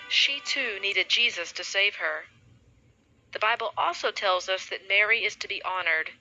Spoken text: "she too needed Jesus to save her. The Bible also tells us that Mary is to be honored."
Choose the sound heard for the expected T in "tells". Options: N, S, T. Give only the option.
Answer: T